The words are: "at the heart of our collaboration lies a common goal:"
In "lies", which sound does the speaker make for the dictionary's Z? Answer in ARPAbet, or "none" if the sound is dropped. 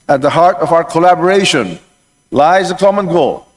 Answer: Z